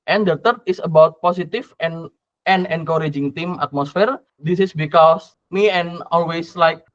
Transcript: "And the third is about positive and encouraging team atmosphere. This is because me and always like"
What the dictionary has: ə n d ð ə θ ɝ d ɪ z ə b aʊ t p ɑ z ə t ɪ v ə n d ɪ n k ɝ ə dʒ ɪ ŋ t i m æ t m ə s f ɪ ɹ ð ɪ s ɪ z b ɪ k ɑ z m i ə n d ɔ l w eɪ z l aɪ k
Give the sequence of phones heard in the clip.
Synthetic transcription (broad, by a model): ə n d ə t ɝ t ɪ s ə b aʊ t p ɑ s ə t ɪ f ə n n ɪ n k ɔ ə dʒ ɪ ŋ t i m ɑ t m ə s f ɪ ɹ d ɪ s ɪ s b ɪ k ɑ s m i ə n ɔ l w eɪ s l aɪ k